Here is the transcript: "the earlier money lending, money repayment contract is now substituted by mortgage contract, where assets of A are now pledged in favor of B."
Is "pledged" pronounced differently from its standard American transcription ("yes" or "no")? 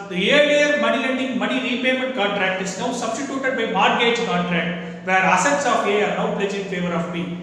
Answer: yes